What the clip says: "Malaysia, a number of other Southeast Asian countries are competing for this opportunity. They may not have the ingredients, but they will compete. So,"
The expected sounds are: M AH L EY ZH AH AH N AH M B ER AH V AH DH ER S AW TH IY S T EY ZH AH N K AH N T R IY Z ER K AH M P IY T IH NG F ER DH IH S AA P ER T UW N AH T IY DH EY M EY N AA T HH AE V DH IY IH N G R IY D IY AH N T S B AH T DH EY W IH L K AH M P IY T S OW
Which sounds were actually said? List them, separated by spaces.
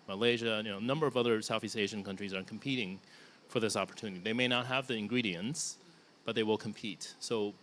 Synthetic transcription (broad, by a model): M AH L EY ZH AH AH N AH M B ER AH V AH DH ER S AW TH IY S T EY ZH AH N K AH N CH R IY Z ER K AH M P IY T IH NG F ER DH IH S AA P ER T UW N AH T IY DH EY M EY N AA T HH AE V DH IY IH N G R IY D IY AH N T S B AH T DH EY W IH L K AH M P IY T S OW